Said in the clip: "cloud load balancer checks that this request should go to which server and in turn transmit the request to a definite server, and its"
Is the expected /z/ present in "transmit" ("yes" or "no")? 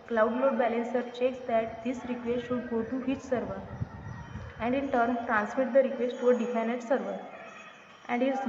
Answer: no